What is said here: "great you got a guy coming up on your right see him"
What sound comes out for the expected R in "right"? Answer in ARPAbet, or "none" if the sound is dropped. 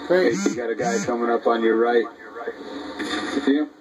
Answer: R